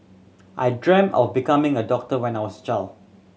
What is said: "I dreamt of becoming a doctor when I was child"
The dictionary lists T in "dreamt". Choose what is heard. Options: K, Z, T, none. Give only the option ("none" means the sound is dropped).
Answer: none